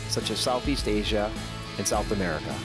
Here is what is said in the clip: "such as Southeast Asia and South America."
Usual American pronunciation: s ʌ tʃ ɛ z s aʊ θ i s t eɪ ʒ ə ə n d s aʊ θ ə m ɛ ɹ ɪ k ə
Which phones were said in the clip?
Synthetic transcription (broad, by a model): s ʌ tʃ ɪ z s aʊ θ i s t eɪ ʒ ə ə n s aʊ θ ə m ɛ ɹ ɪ k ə